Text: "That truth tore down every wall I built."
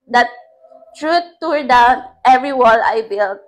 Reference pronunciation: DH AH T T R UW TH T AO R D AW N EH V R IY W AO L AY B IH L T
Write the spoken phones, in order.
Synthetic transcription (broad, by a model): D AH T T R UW T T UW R D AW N EH V R IY W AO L AY B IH L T